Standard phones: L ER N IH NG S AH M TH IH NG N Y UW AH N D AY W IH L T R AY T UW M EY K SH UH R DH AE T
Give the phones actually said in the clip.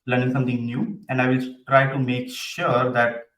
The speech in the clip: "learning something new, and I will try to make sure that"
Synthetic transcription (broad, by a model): L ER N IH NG S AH M T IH NG N Y UW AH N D AY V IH L T R AY T UW M EY K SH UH R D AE T